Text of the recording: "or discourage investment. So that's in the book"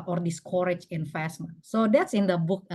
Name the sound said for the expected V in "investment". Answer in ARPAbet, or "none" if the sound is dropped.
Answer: F